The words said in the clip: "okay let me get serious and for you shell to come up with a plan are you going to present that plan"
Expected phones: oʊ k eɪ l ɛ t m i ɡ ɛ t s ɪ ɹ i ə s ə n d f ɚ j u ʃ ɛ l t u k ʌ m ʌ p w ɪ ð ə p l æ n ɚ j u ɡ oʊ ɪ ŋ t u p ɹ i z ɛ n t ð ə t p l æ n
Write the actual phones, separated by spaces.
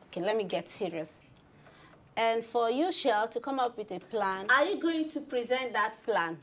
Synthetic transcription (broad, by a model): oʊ k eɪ l ɛ t m i ɡ ɛ t s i ɹ i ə s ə n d f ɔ j u ʃ ɛ l t u k ʌ m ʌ p w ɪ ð ə p l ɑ n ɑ j u ɡ oʊ ɪ ŋ t u p ɹ i z ɛ n t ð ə t p l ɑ n